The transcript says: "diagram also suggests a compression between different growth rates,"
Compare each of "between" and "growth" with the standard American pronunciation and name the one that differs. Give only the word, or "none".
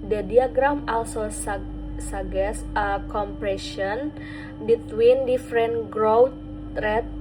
growth